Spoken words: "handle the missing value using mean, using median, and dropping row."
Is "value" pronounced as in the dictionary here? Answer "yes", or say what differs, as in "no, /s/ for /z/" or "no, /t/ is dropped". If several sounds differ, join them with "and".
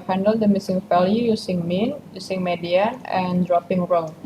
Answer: no, /f/ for /v/